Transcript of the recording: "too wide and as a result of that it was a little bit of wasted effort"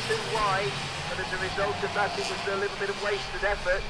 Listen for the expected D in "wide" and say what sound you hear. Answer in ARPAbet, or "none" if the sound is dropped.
none